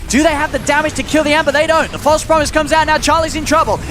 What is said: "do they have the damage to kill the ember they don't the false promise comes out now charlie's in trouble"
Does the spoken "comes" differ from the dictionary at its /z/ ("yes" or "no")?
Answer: no